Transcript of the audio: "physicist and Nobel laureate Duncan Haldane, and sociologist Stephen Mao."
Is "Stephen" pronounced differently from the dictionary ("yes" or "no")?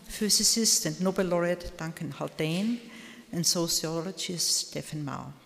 yes